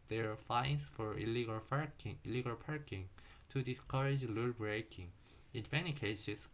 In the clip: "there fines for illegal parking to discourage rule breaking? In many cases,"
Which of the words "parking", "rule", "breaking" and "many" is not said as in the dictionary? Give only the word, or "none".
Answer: rule